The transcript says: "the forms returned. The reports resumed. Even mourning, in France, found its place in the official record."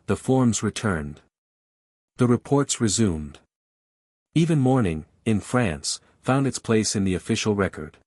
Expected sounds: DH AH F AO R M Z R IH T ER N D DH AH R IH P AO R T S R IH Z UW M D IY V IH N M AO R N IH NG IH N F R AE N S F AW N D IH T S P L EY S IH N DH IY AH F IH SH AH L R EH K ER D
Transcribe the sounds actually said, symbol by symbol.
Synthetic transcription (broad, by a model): DH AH F AO R M Z R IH T ER N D DH AH R IH P AO R T S R IH Z UW M D IY V IH N M AO R N IH NG IH N F R AE N S F AW N D IH T S P L EY S IH N DH IY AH F IH SH L R EH K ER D